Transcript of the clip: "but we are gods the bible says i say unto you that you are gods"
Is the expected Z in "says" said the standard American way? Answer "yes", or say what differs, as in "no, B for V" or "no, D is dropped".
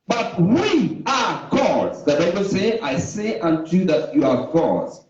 no, Z is dropped